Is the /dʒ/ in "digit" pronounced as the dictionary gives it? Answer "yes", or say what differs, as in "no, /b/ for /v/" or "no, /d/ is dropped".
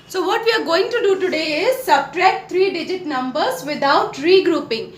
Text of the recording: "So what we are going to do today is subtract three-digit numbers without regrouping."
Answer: yes